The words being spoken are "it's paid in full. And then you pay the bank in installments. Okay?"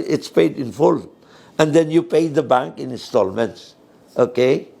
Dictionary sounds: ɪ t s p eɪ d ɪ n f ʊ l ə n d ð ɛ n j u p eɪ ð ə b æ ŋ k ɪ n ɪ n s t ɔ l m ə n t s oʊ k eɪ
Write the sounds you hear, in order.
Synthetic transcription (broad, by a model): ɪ t s p eɪ d ɪ n f ʊ l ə n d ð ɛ n j u p eɪ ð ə b æ ŋ k ɪ n ɪ n s t ɔ l m ə n t s oʊ k eɪ